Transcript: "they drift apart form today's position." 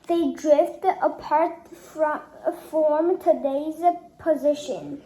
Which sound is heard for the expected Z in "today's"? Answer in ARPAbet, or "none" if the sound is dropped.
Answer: Z